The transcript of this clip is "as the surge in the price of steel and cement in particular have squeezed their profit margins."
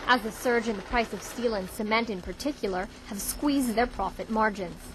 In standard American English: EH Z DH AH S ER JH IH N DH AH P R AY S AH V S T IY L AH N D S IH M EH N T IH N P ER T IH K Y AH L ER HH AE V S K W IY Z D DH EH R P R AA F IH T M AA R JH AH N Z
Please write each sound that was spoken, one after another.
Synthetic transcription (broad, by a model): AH Z DH AH S ER JH IH N DH AH P R AY S AH V S T IY L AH N S IH M EH N T IH N P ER T IH K Y L ER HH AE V S K W IY Z D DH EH R P R AA F IH T M AA R JH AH N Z